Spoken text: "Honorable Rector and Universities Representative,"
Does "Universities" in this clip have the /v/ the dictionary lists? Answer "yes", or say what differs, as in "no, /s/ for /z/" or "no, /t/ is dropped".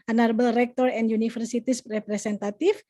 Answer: no, /f/ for /v/